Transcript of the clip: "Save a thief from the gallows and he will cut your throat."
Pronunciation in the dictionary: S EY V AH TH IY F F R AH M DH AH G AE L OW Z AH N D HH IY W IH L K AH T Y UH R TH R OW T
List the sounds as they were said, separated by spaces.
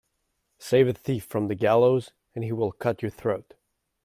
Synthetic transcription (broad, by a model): S EY V AH TH IY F F R AH M DH AH G AE L OW Z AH N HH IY W IH L K AH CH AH R TH R OW T